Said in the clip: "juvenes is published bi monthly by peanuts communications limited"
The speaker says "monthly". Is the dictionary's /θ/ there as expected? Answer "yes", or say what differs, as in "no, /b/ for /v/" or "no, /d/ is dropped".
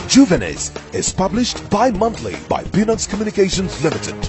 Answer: no, /t/ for /θ/